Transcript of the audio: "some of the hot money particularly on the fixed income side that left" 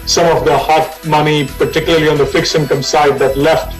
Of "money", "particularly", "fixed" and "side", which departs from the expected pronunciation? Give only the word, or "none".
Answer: fixed